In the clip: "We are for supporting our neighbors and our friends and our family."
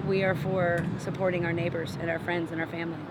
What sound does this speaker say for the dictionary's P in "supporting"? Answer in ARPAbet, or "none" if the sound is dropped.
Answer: P